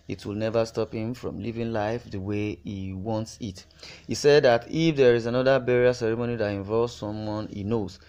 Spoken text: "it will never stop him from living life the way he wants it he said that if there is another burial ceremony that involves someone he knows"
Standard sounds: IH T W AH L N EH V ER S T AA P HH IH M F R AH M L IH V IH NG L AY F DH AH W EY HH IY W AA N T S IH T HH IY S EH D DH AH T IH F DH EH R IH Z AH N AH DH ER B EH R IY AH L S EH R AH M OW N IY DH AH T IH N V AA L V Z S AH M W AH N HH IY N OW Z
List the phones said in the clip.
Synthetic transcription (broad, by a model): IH T W AH L N EH V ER S T AA P HH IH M F R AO M L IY V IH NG L AY F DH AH W EY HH IY W AA N T S IH T HH IY S EH D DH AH T IH F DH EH R IH Z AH N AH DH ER B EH R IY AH S EH R AH M OW N IY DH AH T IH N V AA L V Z S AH M W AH N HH IY N OW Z